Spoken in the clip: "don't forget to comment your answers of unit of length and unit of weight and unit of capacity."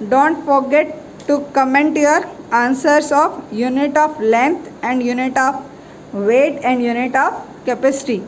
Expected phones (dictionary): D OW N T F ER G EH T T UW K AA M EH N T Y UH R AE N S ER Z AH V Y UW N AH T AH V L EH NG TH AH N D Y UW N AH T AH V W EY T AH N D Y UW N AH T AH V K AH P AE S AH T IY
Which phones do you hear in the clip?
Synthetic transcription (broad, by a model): D OW N T F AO G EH T T UW K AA M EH N T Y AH R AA N S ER S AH F Y UW N AH T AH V L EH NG T AH N D Y UW N AH T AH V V EY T AH N D Y UW N AH T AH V K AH P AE S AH T IY